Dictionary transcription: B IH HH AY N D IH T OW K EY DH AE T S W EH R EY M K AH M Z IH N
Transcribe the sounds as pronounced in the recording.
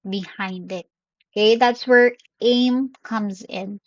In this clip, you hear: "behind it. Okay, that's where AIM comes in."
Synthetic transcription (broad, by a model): B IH HH AY N D IH T OW K EY DH AE T S W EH R EY M K AH M Z IH N